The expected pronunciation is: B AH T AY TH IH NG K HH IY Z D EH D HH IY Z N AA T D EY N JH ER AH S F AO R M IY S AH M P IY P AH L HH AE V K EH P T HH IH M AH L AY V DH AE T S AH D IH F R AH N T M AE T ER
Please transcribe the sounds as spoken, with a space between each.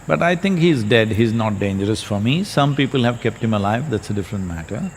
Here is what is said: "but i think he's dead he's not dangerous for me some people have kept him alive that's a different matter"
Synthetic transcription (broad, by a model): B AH T AY T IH NG K HH IY Z D EH D HH IY Z N AA T D EY N JH ER AH S F AO R M IY S AH M P IY P AH L HH AE V K EH P T HH IH M AH L AY V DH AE T S AH D IH F R AH N T M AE T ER